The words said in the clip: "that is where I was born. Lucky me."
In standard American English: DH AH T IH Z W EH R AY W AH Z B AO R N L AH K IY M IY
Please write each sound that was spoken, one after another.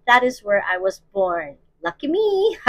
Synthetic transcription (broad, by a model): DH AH T IH Z W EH R AY W AH Z B AO R N L AH K IY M IY